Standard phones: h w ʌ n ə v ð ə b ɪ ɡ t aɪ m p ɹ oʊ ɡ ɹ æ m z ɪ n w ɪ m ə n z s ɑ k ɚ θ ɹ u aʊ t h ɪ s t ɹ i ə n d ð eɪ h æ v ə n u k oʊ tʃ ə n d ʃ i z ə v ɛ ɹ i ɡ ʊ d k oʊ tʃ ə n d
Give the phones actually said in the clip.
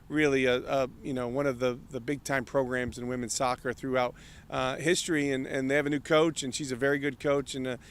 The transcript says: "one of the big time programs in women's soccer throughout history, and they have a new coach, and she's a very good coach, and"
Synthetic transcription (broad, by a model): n w ʌ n ə v ð ə b ɪ ɡ t aɪ m p ɹ oʊ ɡ ɹ æ m z ɪ n w ɪ m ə n s ɑ k ɚ θ ɹ u aʊ t h ɪ s t ɹ i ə n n ð eɪ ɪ v ə n u k oʊ tʃ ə n ʃ i z ə v ɛ ɹ i ɡ ʊ d k oʊ tʃ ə n